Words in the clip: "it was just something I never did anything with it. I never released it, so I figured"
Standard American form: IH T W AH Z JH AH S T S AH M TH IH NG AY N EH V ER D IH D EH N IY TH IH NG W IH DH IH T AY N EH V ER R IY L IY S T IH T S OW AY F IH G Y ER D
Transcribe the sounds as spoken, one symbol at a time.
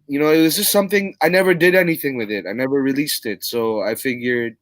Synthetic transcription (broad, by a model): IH T W AH Z JH AH S T S AH M TH IH NG AY N EH V ER D IH D EH N IY TH IH NG W IH DH IH T AY N EH V ER R IY L IY S T IH T S OW AY F IH G Y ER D